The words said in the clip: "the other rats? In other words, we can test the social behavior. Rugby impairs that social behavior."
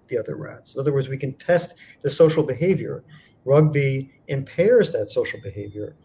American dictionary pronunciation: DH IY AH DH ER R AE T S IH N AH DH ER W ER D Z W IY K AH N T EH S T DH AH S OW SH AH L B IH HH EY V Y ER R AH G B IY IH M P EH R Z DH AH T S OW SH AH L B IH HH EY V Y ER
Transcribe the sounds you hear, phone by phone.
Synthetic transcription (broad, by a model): DH IY AH DH ER R AE T S IH N AH DH ER W ER D Z W IY K AH N T EH S T DH AH S OW SH L B IH HH EY V Y ER R AH G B IY IH M P EH R Z DH AH T S OW SH L B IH HH EY V Y ER